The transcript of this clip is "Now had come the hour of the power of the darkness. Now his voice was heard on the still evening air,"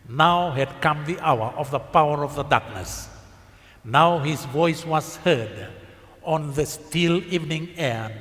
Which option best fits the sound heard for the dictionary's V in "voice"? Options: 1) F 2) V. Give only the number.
2